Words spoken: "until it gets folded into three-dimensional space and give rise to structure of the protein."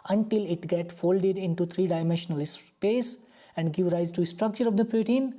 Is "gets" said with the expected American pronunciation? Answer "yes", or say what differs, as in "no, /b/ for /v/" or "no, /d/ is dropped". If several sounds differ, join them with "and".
no, /s/ is dropped